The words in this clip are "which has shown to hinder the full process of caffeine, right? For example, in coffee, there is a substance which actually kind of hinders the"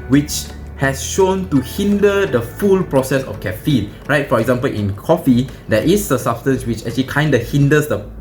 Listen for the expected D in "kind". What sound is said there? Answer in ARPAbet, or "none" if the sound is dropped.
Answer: D